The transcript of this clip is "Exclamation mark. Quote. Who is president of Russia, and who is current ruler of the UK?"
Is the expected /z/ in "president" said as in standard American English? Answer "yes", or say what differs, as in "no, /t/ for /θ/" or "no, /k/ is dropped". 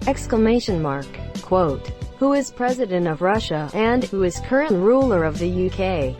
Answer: yes